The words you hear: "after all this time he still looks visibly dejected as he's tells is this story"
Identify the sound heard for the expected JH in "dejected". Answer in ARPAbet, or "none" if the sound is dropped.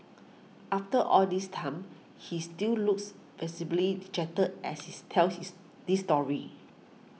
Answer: CH